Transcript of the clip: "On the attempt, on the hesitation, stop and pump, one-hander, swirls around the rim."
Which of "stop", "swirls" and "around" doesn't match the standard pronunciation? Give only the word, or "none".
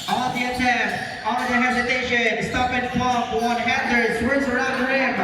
swirls